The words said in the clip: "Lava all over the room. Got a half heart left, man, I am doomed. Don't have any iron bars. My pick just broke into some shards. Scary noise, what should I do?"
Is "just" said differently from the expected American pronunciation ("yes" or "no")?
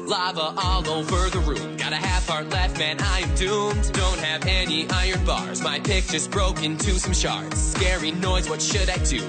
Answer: yes